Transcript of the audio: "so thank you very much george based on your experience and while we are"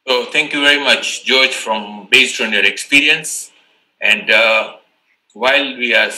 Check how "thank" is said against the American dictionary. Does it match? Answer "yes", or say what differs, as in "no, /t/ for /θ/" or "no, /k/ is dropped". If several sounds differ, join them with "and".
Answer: no, /t/ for /θ/